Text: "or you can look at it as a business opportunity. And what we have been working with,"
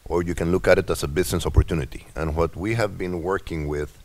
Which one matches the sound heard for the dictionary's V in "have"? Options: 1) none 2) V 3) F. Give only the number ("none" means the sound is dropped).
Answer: 2